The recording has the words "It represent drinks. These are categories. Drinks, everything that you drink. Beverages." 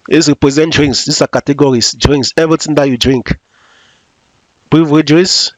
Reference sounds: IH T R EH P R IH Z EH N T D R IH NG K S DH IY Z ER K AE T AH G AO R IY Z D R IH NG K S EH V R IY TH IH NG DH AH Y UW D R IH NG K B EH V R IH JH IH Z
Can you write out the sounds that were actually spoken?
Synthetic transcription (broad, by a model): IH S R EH P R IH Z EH N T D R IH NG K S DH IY S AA K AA T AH G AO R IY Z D R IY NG K S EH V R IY T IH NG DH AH Y UW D R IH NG K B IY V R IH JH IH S